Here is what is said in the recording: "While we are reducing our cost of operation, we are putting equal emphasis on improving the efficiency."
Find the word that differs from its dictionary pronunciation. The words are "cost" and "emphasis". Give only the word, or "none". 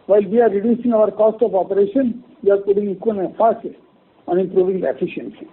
emphasis